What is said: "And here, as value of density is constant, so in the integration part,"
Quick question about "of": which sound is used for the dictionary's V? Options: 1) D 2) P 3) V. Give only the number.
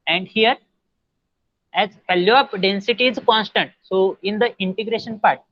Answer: 2